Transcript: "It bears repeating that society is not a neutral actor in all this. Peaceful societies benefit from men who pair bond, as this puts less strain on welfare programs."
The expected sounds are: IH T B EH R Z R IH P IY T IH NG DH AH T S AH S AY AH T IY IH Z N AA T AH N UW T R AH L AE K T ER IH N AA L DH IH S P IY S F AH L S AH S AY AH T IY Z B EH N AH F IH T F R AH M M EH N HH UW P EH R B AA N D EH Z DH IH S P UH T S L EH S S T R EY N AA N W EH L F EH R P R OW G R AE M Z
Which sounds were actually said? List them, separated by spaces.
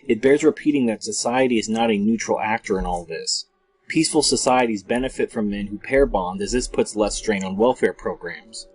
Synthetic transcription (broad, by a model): IH T B EH R Z R IH P IY T IH NG DH AH T S AH S AY AH T IY IH Z N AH T AH N UW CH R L AE K T ER IH N AA L DH IH S P IY S F L S AH S AY AH T IY Z B EH N AH F IH T F R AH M M EH N HH UW P EH R B AA N D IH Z DH IH S P UH T S L EH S S T R EY N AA N W EH L F EH R P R OW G R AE M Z